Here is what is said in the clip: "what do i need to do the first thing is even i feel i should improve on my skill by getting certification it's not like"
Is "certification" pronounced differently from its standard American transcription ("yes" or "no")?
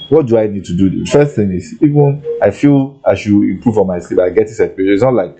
yes